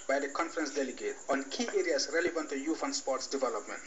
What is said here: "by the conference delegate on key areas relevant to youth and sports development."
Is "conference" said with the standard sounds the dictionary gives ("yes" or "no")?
yes